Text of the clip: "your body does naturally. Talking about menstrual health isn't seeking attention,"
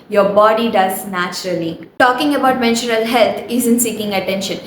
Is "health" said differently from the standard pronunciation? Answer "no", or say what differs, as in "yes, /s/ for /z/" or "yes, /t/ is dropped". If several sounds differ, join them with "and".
yes, /t/ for /θ/